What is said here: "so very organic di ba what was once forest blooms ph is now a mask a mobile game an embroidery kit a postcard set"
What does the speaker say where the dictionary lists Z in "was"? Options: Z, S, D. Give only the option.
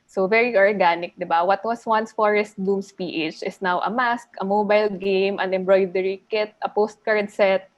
S